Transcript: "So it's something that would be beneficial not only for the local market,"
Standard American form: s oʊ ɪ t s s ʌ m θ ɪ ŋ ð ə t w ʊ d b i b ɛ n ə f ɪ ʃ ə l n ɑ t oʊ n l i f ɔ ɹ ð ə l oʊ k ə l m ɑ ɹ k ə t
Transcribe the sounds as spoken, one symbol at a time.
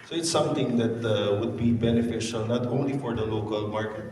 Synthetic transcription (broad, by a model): s oʊ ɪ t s s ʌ m t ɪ ŋ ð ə t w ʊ d b i b ɛ n ə f ɪ ʃ ə l n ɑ t oʊ n l i f ɔ ɹ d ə l oʊ k ə l m ɑ ɹ k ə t